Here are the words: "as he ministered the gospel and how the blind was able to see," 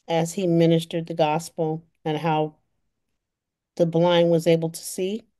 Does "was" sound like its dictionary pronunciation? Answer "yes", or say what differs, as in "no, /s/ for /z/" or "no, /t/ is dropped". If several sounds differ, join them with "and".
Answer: yes